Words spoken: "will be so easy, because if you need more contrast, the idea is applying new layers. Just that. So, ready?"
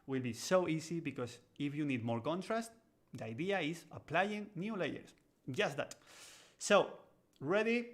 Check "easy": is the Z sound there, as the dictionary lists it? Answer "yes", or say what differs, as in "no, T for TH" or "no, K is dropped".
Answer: no, S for Z